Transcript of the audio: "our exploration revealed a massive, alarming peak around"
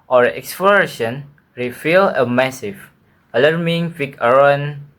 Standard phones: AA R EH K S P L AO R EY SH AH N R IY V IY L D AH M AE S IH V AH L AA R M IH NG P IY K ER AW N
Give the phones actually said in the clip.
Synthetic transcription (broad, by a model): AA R EH K S P L AO R EY SH AH N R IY F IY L AH M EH S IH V AH L AA R M IH NG F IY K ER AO N